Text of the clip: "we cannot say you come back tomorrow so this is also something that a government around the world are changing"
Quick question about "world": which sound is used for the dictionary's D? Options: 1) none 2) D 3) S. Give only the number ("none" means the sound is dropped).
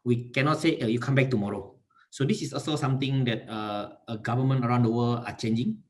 1